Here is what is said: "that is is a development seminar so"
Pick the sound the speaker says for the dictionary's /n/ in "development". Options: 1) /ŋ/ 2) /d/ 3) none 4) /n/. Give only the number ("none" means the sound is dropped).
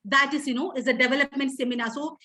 4